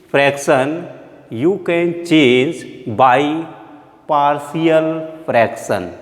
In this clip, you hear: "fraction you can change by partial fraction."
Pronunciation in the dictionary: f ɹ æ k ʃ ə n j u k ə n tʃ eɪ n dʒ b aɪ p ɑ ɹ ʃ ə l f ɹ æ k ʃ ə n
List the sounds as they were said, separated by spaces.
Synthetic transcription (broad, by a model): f ɹ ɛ k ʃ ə n j u k ə n tʃ eɪ n dʒ b aɪ p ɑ ɹ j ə l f ɹ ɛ k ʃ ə n